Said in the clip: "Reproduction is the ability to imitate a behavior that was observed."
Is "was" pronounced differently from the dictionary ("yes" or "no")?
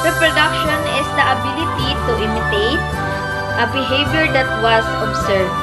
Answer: yes